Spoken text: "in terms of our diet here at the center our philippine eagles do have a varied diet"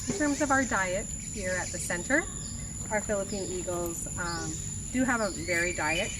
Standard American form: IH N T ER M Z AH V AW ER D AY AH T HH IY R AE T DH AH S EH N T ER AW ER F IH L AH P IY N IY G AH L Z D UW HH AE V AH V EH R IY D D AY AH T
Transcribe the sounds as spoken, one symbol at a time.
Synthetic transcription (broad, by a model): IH N T ER M Z AH V AW ER D AY AH T HH IY R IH T DH AH S EH N T ER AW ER F IH L AH P IY N IY G L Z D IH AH V AH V EH R IY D D AY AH T